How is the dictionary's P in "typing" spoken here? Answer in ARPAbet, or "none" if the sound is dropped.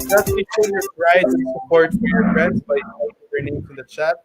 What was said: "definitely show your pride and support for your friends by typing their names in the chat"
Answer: none